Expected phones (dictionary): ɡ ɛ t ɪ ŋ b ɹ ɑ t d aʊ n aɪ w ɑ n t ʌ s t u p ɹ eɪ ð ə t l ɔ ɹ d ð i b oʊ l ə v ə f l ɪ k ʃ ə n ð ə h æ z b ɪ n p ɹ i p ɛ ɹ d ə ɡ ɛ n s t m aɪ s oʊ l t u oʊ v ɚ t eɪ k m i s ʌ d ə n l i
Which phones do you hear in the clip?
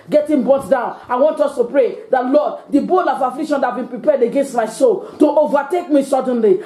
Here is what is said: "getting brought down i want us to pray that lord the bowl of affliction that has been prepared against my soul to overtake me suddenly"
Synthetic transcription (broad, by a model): ɡ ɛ t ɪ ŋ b ɑ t d aʊ n aɪ w ɑ n t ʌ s t u p ɹ eɪ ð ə t l ɔ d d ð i b oʊ l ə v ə f l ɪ k ʃ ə n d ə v b ɪ n p ɹ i p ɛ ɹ d ə ɡ ɛ n s t m aɪ s oʊ l t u oʊ v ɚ t eɪ k m i s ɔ d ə n l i